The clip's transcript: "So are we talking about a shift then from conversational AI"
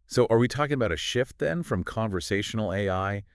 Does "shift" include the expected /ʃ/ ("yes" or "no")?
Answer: yes